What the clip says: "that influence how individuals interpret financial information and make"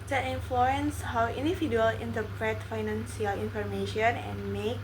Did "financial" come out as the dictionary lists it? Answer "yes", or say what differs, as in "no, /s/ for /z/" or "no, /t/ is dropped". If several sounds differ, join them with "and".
no, /s/ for /ʃ/